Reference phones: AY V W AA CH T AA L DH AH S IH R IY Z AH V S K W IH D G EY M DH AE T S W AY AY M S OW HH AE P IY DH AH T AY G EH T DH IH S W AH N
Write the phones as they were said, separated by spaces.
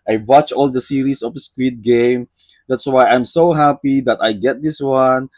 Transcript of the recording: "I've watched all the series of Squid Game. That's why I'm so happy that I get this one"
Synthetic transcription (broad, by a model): AY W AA CH AA L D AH S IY R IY S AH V S K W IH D G EY M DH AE T S W AY AY M S OW HH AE P IY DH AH T AY G EH T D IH S W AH N